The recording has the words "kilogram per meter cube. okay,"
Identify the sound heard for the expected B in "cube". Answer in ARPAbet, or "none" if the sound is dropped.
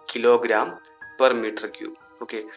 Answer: none